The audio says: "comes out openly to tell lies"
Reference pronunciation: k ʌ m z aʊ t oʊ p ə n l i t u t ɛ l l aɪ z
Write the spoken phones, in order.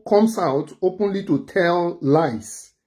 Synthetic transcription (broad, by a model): k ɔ m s aʊ t oʊ p ə n l i t u t ɛ l l aɪ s